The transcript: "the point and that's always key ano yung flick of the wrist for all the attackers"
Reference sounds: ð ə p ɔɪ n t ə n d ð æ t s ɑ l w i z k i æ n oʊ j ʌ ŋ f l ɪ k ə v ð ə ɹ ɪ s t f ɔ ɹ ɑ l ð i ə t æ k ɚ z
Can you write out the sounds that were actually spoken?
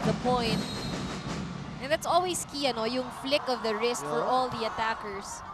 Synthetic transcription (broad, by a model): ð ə p ɔɪ n t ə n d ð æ t s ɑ l w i s k i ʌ n oʊ j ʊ ŋ f l ɪ k ə v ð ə ɹ ɪ s t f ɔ ɹ ɑ l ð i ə t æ k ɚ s